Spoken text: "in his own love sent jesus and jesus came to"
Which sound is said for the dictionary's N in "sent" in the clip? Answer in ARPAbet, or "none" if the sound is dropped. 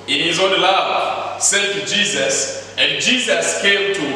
none